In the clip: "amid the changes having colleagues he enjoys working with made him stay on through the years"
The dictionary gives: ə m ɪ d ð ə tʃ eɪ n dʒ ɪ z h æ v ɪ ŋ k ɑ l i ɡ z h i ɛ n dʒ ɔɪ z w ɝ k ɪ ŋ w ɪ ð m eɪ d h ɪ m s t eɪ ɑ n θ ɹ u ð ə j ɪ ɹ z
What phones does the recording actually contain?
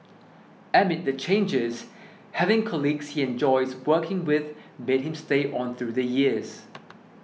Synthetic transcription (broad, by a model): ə m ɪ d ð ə tʃ eɪ n dʒ ɪ z h æ v ɪ ŋ k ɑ l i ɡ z h i ɛ n dʒ ɔɪ z w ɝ k ɪ ŋ w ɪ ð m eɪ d h ɪ m s t eɪ ɑ n θ ɹ u ð ə j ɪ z